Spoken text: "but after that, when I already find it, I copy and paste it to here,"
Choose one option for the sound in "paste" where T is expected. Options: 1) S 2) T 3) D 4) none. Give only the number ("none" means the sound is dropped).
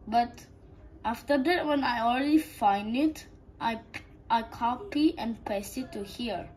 4